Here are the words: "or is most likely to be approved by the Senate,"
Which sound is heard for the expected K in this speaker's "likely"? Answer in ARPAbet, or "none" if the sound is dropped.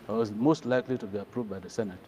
K